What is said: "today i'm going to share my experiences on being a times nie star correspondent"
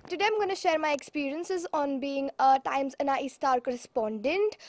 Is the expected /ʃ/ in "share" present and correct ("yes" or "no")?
yes